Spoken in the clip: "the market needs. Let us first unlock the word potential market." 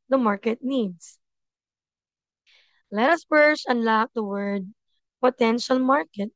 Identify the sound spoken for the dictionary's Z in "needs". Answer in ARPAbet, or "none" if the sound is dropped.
S